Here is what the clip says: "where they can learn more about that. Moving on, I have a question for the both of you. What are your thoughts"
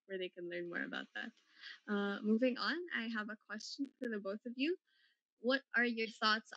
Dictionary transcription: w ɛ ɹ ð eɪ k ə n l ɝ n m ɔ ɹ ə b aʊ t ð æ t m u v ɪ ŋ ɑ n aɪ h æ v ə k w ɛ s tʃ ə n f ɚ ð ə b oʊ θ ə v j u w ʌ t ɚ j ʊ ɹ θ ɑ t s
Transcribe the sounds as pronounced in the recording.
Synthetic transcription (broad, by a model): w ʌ ɹ ð eɪ k ə n l ɝ n m ɔ ɹ ə b aʊ t ð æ t m u v ɪ ŋ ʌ n aɪ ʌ v ə k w ɛ s tʃ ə n f ɚ ð ə b oʊ θ ə v j u w ʌ t ɚ j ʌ ɹ θ ɑ t s